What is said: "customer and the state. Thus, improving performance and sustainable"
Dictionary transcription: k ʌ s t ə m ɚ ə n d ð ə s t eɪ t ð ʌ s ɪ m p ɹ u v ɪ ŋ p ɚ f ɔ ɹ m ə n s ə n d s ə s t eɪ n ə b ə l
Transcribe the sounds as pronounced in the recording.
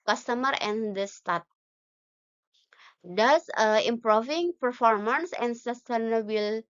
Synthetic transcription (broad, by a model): k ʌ s t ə m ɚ ə n d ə s t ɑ t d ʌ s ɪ m p ɹ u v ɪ ŋ p ɚ f ɔ ɹ m ə n s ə n s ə s t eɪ n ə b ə l